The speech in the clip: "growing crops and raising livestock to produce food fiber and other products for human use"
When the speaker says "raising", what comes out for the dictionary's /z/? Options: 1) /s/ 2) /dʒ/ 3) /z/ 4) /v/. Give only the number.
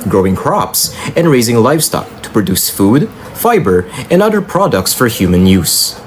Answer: 3